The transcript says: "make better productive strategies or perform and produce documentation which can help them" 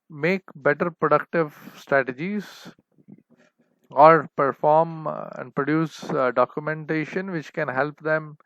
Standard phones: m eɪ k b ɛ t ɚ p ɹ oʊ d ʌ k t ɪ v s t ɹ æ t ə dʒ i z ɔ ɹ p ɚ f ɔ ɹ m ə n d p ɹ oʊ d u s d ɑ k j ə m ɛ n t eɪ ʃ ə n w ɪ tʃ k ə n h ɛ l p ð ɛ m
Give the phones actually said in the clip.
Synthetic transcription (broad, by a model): m eɪ k b ɛ t ɚ p ɹ oʊ d ʌ k t ɪ v s t ɹ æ t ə dʒ i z ɔ ɹ p ɚ f ɔ ɹ m ə n d p ɹ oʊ d u s d ɑ k j ə m ɛ n t eɪ ʃ ə n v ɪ tʃ k ə n h ɛ l p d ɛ m